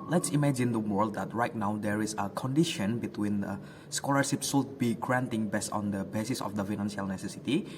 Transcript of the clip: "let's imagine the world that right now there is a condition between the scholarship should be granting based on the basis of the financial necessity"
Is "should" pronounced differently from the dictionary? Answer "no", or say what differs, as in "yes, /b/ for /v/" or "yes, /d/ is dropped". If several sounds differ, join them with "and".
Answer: yes, /s/ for /ʃ/